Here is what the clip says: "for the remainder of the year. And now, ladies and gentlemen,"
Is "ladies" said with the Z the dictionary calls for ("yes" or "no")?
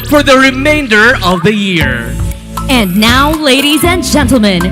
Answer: yes